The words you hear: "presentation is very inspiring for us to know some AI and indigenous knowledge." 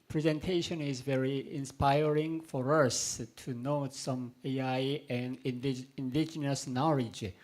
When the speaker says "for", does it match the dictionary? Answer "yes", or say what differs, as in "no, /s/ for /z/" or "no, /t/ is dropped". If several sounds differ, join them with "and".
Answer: yes